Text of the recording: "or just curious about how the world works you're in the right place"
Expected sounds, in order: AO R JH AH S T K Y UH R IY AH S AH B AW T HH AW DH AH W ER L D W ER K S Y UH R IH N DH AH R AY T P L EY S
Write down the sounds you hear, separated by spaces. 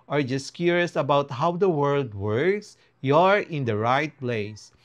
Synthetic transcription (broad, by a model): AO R JH AH S T K Y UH R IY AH S AH B AW T HH AW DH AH W ER L D W ER K S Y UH R IH N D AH R AY T P L EY S